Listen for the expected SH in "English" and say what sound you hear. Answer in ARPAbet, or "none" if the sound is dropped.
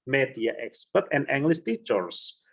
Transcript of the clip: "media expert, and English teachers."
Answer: S